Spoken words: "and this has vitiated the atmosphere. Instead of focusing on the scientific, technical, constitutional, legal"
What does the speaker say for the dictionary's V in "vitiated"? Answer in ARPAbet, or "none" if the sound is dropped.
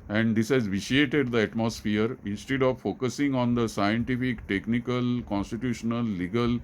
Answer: V